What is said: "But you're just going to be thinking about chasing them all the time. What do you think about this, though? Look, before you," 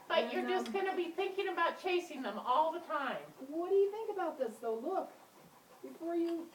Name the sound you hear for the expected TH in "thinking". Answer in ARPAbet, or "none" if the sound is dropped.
TH